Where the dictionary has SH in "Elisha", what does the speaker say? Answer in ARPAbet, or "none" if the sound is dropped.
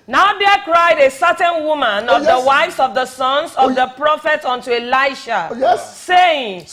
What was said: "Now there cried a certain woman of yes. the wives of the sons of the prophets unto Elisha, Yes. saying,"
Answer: none